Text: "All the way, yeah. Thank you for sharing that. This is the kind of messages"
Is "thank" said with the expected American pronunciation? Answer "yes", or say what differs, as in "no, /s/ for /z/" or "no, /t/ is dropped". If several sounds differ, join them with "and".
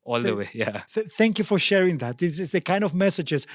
yes